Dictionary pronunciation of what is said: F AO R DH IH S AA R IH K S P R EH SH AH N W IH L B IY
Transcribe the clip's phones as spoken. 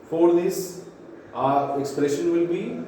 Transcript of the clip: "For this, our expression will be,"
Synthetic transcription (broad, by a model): F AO R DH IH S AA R IH K S P R EH SH AH N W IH L B IY